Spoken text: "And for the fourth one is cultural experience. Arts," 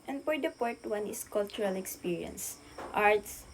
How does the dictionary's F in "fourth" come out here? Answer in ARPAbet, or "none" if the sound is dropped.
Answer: P